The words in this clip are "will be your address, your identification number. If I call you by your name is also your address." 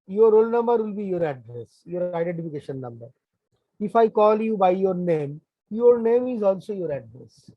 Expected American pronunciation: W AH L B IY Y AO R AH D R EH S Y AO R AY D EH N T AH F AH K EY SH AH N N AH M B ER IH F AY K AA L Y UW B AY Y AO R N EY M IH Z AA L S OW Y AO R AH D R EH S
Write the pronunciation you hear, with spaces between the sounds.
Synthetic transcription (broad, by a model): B AH L B IY Y AO R AH D R EH S Y AO R AY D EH N T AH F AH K EY SH AH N N AH M B ER IH F AY K AA L Y UW B AY Y AO R N EY M IH Z AA L S OW Y AO R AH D R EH S